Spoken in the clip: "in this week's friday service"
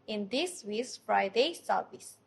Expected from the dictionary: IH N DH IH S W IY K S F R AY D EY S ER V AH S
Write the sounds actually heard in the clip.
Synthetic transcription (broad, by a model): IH N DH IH S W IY S F R AY D EY S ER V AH S